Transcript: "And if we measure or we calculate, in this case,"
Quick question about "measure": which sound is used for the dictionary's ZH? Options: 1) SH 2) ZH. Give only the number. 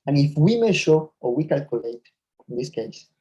1